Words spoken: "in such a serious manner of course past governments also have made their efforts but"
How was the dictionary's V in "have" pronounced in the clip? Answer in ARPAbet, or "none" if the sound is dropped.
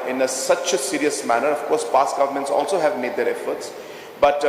V